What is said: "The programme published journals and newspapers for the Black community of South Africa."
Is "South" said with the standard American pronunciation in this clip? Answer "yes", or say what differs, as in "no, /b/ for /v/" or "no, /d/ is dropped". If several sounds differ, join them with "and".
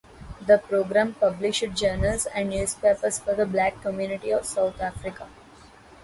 no, /t/ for /θ/